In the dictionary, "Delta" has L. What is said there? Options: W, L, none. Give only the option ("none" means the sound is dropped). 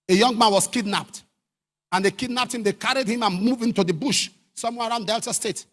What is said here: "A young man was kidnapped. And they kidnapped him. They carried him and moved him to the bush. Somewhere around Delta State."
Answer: L